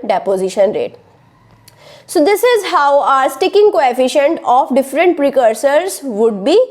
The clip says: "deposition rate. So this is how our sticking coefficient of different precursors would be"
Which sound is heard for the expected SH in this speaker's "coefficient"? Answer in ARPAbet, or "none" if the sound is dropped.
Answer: SH